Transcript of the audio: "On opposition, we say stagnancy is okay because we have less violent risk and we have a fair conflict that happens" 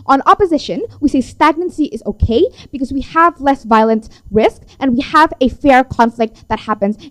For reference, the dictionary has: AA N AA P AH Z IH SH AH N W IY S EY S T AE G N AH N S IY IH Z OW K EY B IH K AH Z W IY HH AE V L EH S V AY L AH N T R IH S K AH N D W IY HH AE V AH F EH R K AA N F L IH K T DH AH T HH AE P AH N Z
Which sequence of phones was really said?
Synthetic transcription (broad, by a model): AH N AA P AH Z IH SH AH N W IY S EY S T AE G N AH N S IY IH Z OW K EY B IH K AH Z W IY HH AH V L EH S V AY L AH N T R IH S K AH N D W IY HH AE V AH F EH R K AA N F L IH K T DH AH T HH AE P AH N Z